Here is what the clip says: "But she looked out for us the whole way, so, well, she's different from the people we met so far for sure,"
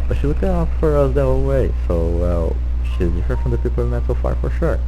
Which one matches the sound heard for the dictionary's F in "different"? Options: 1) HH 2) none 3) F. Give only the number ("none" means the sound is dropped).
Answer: 2